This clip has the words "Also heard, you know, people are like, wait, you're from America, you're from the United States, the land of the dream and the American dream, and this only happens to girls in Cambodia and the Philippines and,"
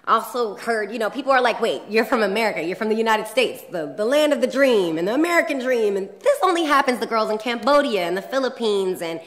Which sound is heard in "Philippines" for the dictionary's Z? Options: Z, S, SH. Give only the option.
Z